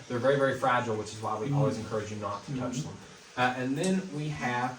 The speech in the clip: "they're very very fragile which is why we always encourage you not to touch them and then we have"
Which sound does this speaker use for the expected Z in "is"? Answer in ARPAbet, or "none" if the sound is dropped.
Z